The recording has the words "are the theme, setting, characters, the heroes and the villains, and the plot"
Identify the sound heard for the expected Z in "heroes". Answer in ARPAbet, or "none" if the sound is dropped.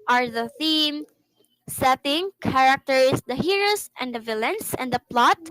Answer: S